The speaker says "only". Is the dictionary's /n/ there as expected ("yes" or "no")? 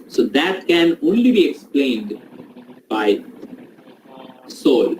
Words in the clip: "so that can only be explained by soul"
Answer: yes